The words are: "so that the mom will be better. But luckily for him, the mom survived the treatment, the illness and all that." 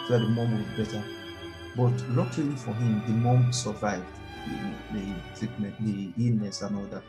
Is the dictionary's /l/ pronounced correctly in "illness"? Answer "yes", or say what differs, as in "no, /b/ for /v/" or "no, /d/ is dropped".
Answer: no, /l/ is dropped